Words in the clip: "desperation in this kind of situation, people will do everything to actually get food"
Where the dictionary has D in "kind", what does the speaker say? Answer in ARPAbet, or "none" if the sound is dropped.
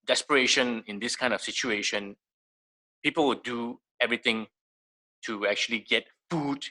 D